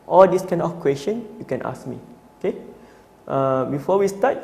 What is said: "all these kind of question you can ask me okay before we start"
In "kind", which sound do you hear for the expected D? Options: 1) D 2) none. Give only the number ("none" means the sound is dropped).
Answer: 2